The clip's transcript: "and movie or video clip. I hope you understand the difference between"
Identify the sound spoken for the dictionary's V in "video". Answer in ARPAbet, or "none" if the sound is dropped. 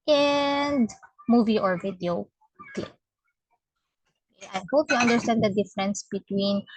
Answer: V